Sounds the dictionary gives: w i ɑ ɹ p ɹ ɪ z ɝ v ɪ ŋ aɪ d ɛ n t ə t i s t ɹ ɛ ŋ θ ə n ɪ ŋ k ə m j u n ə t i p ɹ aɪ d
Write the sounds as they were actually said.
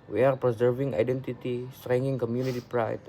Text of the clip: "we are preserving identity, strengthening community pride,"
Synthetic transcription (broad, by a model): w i ɑ ɹ p ɹ ɪ z ɝ v ɪ ŋ aɪ d ɛ n t ə t i s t ɹ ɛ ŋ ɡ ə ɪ ŋ k ə m j u n ə t i p ɹ aɪ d